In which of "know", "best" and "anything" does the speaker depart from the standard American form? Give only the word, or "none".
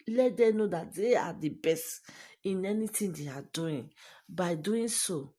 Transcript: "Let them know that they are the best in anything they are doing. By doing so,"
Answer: anything